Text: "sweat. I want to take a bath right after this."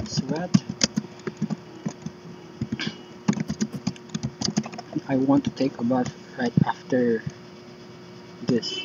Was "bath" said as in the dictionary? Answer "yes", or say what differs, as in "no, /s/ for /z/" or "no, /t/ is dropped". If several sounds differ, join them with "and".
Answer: no, /f/ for /θ/